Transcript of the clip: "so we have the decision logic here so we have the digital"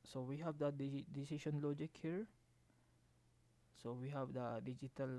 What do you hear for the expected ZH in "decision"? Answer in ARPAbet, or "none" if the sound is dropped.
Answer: SH